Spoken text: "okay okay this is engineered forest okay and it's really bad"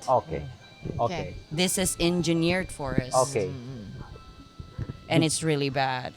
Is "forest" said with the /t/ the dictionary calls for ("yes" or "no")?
no